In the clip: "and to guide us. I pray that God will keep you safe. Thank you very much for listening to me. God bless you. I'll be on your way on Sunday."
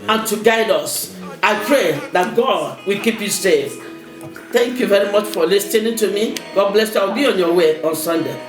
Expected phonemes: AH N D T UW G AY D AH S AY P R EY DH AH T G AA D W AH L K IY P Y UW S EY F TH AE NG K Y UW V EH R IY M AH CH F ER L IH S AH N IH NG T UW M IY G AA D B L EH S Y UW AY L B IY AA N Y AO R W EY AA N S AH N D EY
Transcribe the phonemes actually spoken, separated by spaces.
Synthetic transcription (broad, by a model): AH N T UW G AY D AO S AY P R EY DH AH T G AA D W AH L K IY P Y UW S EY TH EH NG K Y UW V EH R IY M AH CH F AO L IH S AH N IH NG T UW M IY G AA D B L EH S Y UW AY W B IY AA N Y AO W EY AA N S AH N D EY